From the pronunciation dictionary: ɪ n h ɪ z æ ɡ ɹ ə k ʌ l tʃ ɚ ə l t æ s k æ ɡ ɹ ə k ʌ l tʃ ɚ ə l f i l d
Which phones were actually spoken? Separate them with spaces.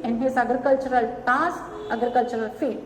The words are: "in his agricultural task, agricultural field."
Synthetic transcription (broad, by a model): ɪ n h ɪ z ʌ ɡ ɹ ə k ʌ l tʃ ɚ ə l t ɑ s ʌ ɡ ɹ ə k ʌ l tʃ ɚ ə l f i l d